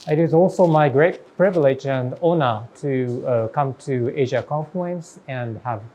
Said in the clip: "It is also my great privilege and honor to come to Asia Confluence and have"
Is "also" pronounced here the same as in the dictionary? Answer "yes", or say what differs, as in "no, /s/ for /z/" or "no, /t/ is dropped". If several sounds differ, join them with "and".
yes